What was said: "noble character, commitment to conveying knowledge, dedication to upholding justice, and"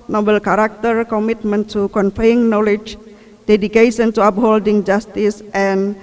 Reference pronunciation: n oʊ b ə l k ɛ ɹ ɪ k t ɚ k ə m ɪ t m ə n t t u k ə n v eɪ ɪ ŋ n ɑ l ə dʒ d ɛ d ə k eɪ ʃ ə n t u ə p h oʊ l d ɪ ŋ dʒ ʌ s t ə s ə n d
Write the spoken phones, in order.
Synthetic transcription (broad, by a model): n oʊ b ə l k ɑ ɹ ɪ k t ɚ k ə m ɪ t m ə n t t u k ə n f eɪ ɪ ŋ n ɑ l ə dʒ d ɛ d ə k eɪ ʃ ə n t u ə p h oʊ l d ɪ ŋ dʒ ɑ s t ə s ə n